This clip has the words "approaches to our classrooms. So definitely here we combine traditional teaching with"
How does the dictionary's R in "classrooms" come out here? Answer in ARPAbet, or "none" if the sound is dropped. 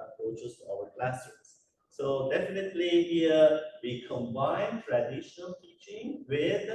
none